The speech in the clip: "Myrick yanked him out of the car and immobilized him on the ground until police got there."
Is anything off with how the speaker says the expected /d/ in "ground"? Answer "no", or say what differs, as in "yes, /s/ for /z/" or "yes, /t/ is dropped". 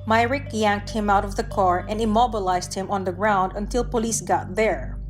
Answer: no